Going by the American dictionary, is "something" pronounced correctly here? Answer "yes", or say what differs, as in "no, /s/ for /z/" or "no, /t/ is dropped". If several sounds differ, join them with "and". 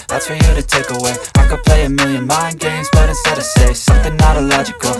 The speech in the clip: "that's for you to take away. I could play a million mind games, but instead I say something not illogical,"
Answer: yes